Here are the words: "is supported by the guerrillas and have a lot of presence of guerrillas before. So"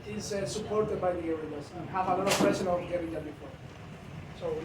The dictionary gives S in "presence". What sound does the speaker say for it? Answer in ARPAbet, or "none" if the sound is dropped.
none